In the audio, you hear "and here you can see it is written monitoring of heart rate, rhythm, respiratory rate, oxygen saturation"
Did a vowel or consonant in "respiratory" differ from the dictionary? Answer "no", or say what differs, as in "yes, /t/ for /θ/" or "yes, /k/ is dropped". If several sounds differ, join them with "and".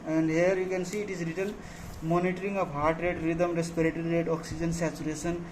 no